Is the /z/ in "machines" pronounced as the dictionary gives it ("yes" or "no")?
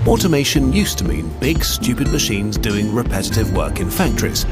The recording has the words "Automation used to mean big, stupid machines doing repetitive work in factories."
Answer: yes